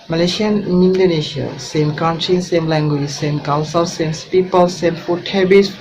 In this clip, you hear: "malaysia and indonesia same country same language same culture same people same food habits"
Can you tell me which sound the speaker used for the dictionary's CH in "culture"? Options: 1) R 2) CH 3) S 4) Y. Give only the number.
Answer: 3